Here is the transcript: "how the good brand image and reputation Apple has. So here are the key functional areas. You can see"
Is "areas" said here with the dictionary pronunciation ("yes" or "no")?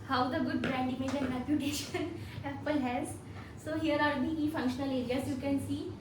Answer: no